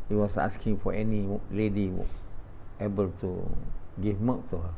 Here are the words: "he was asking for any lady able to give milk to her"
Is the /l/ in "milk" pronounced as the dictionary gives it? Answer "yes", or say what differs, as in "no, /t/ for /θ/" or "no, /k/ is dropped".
no, /l/ is dropped